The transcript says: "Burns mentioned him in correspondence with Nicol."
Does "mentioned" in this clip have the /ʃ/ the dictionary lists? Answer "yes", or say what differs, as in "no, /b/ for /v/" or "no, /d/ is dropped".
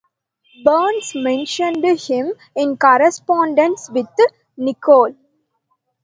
yes